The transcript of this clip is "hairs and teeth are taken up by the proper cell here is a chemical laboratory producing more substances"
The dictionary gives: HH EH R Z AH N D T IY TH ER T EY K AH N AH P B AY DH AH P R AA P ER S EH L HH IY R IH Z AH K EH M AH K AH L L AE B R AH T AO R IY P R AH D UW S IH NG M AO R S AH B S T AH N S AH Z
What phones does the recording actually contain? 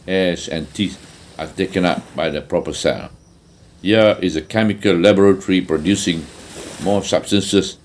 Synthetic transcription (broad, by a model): HH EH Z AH N T IY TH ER T EY K AH N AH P B AY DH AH P R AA P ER S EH N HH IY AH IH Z AH K EH M AH K AH L L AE B R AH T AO R IY P R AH D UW S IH NG M AO S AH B S T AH N S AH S